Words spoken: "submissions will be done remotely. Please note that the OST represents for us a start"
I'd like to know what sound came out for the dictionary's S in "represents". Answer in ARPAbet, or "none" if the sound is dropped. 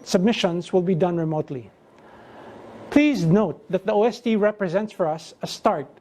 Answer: S